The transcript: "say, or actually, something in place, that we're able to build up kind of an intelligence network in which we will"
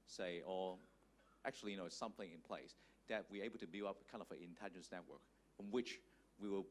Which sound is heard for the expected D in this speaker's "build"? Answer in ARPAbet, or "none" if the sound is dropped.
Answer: none